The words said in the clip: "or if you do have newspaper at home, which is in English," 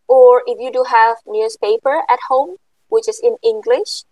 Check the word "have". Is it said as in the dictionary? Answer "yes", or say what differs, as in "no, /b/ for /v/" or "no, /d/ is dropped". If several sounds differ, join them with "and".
yes